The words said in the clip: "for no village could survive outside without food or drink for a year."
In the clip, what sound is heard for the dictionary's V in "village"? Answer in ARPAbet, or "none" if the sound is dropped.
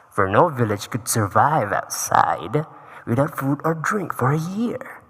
V